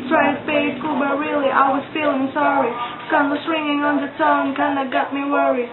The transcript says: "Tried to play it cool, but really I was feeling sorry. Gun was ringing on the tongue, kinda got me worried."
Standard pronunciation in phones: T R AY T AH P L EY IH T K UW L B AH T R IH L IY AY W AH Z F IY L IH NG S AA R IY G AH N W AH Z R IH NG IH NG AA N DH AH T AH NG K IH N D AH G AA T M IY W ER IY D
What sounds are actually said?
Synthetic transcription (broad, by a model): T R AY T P EY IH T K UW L B AH T R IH L IY AY W AH Z F IY L IH NG S AA R IY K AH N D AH S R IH NG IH NG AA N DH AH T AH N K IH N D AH G AA T M IY W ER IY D